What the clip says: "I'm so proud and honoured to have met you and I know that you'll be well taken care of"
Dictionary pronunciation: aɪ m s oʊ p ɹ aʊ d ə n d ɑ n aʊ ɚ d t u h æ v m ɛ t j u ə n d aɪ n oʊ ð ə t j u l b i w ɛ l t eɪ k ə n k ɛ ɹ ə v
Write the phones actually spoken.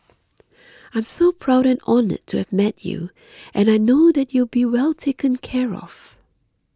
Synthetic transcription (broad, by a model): aɪ m s oʊ p ɹ aʊ d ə n ɑ n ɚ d t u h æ v m ɛ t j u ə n aɪ n oʊ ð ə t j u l b i w ɛ l t eɪ k ə n k ɛ ɹ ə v